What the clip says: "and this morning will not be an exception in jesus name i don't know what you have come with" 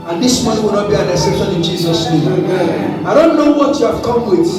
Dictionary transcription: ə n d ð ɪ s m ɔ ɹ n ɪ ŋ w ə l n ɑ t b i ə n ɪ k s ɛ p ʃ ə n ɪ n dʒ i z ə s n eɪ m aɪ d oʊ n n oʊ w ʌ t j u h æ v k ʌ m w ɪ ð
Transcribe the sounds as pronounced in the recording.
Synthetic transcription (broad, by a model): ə n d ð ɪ s m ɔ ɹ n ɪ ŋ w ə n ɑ b i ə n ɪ s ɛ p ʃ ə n ɪ n dʒ i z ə s n eɪ m aɪ d oʊ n n oʊ w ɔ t j u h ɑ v k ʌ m w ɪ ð